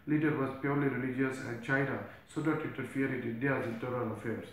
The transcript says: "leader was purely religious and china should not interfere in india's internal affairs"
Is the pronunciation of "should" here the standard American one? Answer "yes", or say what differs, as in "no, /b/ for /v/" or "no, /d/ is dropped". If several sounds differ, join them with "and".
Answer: no, /s/ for /ʃ/